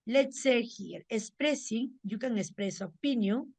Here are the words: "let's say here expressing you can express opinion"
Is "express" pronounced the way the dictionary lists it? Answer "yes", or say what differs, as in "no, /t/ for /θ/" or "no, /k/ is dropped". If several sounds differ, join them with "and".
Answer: no, /k/ is dropped